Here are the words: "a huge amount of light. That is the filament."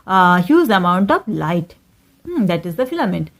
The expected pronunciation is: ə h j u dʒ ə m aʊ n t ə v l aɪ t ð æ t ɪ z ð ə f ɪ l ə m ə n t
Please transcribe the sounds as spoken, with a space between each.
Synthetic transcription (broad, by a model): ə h j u z ə m aʊ n t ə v l aɪ t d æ t ɪ z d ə f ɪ l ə m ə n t